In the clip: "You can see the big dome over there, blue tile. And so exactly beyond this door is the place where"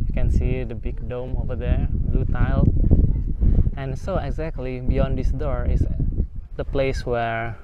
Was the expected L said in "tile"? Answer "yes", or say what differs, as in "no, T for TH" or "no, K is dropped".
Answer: yes